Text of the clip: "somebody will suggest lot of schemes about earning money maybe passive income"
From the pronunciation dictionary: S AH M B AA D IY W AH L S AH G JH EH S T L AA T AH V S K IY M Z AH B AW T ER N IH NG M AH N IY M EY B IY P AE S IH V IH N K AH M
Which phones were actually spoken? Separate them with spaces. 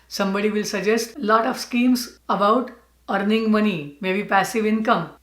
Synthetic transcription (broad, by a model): S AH M B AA D IY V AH L S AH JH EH S T L AA T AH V S K IY M S AH B AW T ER N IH NG M AH N IY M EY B IY P AE S IH V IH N K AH M